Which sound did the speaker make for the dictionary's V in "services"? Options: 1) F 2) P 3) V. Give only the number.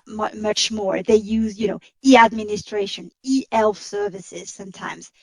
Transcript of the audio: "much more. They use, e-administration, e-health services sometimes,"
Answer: 3